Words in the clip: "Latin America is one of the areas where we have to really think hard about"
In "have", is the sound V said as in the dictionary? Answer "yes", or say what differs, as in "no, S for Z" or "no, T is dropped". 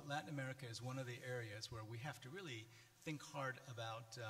no, F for V